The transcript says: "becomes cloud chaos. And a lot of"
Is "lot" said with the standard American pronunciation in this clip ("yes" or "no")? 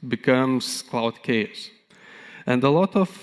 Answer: yes